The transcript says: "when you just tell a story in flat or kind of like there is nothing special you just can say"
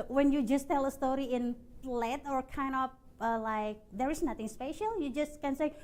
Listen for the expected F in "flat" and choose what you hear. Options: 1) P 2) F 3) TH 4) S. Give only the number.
1